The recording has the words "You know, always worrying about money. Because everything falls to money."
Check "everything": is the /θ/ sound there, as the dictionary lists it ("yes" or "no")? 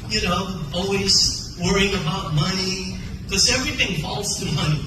yes